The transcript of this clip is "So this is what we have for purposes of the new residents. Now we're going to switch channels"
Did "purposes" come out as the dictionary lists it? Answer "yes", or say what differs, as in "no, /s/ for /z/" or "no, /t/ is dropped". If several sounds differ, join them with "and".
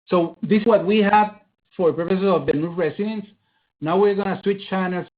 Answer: no, /s/ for /z/